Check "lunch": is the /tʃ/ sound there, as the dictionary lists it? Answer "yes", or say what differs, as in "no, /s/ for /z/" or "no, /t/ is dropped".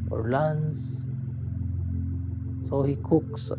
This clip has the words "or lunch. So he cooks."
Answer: no, /s/ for /tʃ/